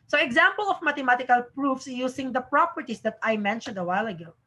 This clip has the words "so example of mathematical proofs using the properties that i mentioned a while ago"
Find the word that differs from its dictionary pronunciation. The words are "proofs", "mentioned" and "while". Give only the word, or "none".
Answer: none